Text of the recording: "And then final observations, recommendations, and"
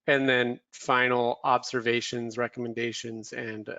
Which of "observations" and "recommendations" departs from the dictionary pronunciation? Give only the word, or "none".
none